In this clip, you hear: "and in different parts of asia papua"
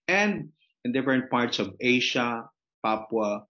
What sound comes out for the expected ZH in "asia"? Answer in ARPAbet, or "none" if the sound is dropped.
SH